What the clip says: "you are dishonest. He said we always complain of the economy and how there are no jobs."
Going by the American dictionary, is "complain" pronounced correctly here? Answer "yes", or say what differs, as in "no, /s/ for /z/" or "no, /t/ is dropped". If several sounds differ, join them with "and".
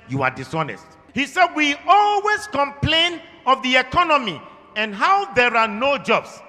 yes